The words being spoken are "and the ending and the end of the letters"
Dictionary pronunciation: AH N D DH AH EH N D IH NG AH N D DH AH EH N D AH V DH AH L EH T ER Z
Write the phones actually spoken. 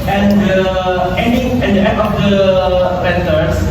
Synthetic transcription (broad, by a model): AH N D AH EH N D IH NG AH N D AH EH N AH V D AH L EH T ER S